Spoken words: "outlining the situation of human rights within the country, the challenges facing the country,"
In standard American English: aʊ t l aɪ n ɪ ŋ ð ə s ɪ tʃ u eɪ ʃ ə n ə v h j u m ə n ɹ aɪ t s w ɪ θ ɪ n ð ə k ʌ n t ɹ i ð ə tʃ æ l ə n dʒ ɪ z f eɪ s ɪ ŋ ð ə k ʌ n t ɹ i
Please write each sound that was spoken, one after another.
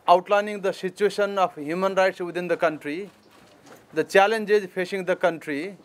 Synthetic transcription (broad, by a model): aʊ t l aɪ n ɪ ŋ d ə s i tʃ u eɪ s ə n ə p h j u m ə n ɹ aɪ t s w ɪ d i n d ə k ʌ n t ɹ i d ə tʃ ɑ l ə n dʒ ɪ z p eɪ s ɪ ŋ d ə k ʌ n t ɹ i